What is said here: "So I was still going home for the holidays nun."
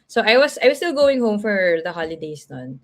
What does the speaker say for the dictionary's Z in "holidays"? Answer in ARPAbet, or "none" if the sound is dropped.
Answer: S